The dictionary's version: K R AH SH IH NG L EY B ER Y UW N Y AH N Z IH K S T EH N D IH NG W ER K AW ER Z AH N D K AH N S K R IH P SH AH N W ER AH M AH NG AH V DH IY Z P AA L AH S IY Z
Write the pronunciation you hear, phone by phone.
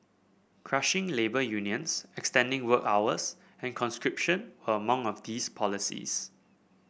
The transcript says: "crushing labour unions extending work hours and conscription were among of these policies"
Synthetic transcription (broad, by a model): K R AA SH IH NG L EY B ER Y UW N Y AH N S IH K S T EH N D IH NG W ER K AW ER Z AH N K AH N S K R IH P SH AH N W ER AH M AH NG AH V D IY S P AA L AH S IY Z